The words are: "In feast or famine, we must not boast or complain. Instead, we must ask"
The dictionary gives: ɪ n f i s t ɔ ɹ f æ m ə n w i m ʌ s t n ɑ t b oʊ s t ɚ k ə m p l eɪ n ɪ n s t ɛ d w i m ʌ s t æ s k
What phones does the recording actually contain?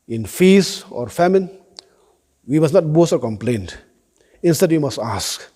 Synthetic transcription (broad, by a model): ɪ n f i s ɔ ɹ f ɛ m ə n w i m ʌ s n ɑ t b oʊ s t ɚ k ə m p l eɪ n ɪ n s t ɛ d w i m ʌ s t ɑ s k